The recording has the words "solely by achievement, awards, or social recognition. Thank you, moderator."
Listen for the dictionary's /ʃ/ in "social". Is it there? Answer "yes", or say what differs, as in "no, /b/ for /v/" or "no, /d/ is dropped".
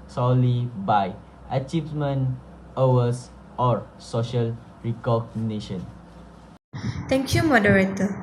yes